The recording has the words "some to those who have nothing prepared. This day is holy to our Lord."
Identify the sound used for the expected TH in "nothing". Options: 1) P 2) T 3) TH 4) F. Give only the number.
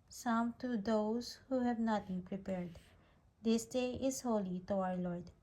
2